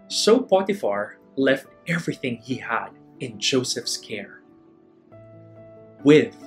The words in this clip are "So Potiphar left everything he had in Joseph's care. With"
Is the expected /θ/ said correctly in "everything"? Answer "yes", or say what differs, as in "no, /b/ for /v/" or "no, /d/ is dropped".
yes